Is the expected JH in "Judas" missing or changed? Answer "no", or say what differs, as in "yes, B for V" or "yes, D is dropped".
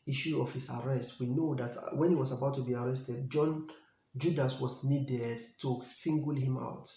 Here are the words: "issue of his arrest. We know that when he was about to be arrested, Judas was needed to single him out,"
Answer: no